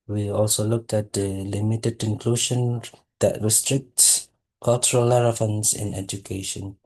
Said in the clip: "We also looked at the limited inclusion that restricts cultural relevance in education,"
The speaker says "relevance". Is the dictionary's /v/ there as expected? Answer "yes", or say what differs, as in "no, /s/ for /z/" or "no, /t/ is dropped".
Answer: no, /f/ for /v/